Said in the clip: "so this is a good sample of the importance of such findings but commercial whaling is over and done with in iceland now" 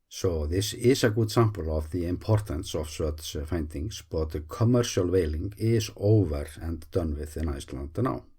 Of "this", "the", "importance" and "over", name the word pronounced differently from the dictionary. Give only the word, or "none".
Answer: none